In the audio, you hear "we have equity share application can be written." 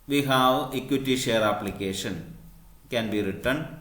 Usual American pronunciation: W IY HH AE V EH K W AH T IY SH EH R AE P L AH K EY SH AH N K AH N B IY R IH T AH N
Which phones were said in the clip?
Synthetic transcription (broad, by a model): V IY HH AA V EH K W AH T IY SH EH R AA P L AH K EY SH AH N K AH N B IY R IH T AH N